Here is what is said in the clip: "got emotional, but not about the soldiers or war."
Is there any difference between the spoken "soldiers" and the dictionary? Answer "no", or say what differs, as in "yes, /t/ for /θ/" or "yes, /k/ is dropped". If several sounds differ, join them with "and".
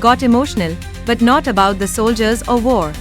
no